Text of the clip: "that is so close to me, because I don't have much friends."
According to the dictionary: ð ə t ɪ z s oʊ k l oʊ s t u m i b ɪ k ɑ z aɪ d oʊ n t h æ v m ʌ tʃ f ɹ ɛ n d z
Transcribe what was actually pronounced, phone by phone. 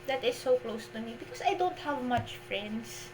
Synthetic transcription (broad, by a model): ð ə t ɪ s oʊ k l oʊ s t u m i b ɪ k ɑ s aɪ d oʊ n t h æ v m ʌ tʃ f ɹ ɛ n d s